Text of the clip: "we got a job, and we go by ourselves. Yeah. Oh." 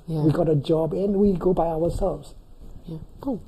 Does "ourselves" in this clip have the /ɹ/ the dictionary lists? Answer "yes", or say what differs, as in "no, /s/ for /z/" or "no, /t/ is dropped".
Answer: no, /w/ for /ɹ/